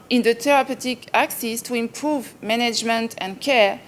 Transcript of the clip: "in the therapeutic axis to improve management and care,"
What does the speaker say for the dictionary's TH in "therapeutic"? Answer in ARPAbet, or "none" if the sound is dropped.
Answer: T